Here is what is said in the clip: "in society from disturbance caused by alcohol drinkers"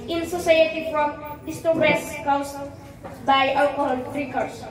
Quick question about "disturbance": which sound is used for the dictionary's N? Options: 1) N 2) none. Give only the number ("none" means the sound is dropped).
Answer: 2